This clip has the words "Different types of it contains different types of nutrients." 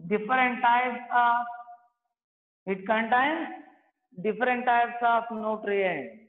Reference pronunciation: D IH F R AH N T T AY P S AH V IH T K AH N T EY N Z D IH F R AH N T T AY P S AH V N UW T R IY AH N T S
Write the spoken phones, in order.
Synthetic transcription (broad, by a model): D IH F R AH N T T AY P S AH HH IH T K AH N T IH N D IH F R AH N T T AY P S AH F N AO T R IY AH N